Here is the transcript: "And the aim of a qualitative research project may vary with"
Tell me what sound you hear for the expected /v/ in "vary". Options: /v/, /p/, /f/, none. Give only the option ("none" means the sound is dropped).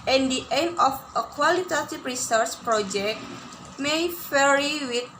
/f/